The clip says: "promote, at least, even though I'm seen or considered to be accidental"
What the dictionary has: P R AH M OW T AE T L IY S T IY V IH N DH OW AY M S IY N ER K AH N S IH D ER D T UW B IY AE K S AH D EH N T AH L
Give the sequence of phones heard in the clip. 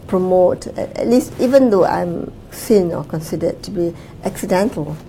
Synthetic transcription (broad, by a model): P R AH M OW T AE T L IY S T IY V IH N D OW AY M S IY N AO K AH N S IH D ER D T UW B IY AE K S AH D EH N T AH L